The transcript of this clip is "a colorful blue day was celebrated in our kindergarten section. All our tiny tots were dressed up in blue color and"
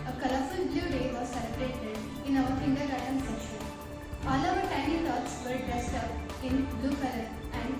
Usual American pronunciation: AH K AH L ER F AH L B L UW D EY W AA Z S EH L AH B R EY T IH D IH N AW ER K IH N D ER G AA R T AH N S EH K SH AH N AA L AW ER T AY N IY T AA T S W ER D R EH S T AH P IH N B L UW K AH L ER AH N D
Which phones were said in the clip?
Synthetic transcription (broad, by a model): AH K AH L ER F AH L B L UW D EY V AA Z S EH L AH B R EY T IH D IH N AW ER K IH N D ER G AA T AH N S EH SH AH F AA L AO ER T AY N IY T AA T S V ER D R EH S T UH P IH N B L UW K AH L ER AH N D